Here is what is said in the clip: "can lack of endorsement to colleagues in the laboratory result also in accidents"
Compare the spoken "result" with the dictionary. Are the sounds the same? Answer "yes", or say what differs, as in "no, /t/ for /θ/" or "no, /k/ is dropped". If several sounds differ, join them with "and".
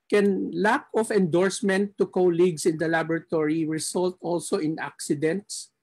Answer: no, /s/ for /z/